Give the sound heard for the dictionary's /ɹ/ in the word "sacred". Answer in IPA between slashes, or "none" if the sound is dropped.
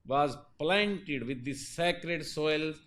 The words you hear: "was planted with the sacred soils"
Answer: /ɹ/